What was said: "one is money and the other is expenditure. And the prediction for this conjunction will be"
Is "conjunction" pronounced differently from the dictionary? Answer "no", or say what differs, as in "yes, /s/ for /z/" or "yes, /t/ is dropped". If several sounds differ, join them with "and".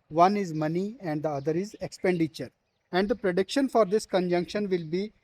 no